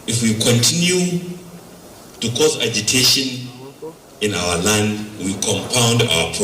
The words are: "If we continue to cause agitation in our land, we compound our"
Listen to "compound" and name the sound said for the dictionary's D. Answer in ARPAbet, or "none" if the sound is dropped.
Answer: D